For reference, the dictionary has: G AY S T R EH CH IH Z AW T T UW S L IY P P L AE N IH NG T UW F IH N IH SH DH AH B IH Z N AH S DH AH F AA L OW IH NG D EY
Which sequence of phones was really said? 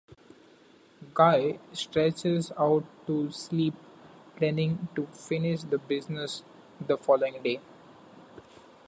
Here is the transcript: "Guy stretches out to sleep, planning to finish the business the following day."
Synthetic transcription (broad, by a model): G AY S T R EH CH IH Z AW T T UW S L IY P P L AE N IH NG T UW F IH N IH SH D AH B IH Z N AH S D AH F AA L OW IH NG D EY